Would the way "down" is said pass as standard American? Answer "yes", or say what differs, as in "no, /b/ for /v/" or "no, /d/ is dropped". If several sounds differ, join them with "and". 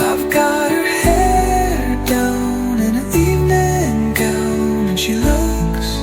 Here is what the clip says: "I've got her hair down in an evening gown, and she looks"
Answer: yes